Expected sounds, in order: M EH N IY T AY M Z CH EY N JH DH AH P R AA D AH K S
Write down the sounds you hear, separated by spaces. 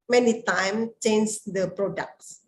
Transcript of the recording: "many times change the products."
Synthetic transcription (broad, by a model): M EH N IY T AY M CH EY N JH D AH P R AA D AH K S